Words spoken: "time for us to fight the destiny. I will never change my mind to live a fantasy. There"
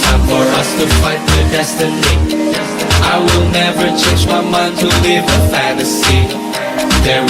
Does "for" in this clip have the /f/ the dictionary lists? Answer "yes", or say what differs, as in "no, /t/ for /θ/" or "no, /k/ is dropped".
yes